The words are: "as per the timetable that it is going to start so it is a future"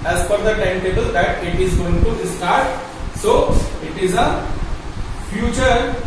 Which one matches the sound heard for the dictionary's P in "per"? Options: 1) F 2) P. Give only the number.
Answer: 1